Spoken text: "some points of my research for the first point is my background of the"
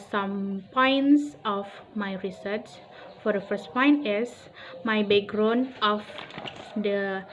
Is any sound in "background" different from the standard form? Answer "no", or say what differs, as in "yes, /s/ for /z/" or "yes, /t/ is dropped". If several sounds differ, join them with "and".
yes, /d/ is dropped